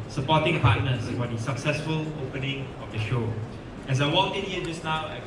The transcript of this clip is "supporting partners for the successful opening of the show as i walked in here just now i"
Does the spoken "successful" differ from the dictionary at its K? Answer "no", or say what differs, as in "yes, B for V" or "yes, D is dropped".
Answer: no